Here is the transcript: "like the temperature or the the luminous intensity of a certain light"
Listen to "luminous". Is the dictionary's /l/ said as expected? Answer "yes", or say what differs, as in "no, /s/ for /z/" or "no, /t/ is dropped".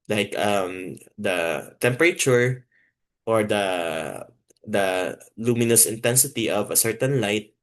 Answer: yes